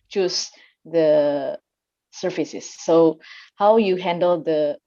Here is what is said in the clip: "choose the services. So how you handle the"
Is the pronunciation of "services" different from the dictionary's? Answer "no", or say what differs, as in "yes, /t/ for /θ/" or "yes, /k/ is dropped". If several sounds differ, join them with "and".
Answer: yes, /f/ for /v/